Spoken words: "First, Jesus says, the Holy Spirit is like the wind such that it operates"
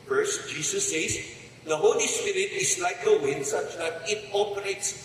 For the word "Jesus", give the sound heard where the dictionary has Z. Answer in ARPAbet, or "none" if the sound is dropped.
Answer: S